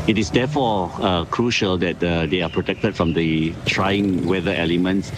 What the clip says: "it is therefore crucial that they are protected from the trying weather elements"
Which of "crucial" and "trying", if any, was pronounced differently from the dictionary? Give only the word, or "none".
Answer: none